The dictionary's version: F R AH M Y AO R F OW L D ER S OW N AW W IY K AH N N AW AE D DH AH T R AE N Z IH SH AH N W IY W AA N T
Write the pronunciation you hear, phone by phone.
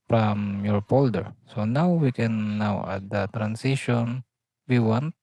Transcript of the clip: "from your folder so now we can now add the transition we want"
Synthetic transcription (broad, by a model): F R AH M Y AO R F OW L D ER S OW N AW W IY K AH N N AW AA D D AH T R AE N S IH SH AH N W IY W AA N T